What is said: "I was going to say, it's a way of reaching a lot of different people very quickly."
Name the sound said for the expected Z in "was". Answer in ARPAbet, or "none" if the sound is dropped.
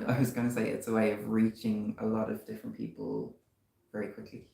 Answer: Z